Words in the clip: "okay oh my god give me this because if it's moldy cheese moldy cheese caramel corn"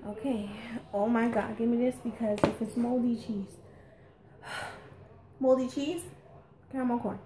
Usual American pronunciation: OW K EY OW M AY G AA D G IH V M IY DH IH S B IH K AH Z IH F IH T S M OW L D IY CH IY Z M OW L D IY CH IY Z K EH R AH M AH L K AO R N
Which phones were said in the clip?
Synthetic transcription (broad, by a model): OW K EY OW M AY G AA D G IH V M IY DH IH S B IH K AH Z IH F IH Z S M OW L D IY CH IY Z M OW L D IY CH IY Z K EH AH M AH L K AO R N